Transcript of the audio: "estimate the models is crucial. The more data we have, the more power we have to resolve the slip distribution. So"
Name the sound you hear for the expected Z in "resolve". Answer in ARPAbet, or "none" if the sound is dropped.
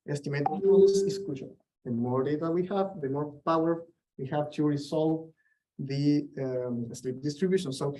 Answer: S